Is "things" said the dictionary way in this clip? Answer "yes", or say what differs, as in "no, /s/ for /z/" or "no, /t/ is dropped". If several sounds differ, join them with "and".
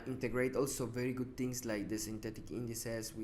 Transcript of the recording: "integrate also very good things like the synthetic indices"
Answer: no, /t/ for /θ/ and /s/ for /z/